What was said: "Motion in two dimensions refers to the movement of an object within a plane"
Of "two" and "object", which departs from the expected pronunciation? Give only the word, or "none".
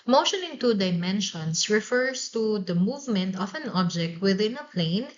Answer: none